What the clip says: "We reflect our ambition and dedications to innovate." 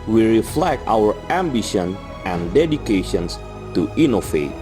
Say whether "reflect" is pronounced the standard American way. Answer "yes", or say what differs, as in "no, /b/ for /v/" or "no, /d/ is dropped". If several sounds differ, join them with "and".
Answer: yes